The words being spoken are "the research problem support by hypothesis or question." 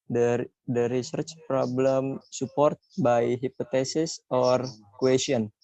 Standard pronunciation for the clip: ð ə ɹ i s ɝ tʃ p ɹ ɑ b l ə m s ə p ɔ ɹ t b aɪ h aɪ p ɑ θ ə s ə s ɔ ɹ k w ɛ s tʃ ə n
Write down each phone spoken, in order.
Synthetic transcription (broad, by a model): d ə ɹ i s ɝ tʃ p ɹ ɑ b l ə m s ə p ɔ ɹ t b aɪ h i p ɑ t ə s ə s ɔ ɹ k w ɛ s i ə n